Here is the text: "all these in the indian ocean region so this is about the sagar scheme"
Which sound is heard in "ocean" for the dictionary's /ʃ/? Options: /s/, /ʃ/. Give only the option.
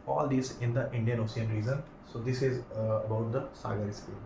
/s/